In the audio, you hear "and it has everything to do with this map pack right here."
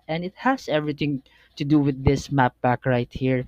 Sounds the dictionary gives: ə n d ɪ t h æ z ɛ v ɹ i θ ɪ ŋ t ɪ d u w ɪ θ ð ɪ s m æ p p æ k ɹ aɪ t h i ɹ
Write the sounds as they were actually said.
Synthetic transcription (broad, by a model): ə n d ɪ t h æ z ɛ v ɹ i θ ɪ ŋ t ɪ d u w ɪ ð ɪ s m æ p b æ k ɹ aɪ t h i ɹ